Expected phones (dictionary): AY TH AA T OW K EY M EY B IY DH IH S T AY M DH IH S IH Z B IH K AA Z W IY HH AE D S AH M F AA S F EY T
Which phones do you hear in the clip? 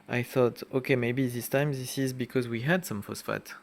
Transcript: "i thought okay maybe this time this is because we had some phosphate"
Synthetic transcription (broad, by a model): AY TH AA T OW K EY M EY B IY DH IH S T AY M DH IH S IH Z B IH K AA Z W IY HH AE D S AH M F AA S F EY T